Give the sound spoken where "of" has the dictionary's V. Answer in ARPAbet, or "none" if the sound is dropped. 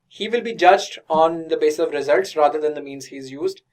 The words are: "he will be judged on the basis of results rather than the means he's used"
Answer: V